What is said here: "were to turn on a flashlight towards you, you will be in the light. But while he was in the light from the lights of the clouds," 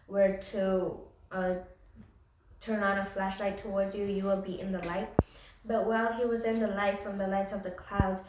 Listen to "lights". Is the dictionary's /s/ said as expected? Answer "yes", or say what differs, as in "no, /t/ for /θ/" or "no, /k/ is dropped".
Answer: no, /s/ is dropped